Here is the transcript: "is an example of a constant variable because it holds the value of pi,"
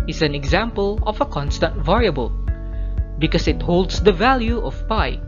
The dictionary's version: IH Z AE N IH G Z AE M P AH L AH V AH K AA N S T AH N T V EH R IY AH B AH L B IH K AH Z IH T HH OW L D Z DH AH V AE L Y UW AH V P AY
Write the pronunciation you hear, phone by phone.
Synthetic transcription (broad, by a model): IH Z AE N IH G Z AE M P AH L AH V AH K AA N S T AH N T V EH R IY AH B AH L B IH K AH S IH T HH OW L D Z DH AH V AE L Y UW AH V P AY